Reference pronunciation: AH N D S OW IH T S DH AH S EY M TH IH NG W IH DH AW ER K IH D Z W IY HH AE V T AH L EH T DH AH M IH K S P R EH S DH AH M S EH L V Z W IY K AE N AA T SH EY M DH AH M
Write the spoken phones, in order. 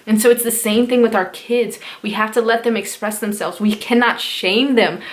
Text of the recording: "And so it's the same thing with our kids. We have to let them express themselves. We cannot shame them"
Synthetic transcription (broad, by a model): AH N S OW IH T S DH AH S EY M TH IH NG W IH DH AW ER K IH D Z W IY HH AE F T AH L EH T DH AH M IH K S P R EH S DH AH M S EH L V Z W IY K AE N AA T SH EY M DH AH M